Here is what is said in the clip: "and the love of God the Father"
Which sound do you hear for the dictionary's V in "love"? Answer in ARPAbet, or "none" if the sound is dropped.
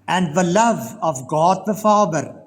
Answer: V